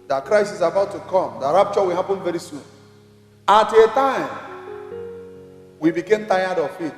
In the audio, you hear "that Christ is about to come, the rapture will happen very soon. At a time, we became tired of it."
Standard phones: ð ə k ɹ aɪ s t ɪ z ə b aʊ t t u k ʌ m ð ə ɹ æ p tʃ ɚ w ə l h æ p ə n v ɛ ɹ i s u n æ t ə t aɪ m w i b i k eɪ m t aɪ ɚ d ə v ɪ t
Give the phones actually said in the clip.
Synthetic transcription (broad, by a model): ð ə k ɹ aɪ s ɪ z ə b aʊ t t u k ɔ m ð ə ɹ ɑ p tʃ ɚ w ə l h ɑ p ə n v ɛ ɹ i s u n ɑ t ə t aɪ m w i b i k eɪ m t aɪ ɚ d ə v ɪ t